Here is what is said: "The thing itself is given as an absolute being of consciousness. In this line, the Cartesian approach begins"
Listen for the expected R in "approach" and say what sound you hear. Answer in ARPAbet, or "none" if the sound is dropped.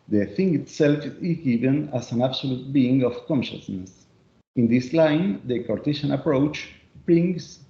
R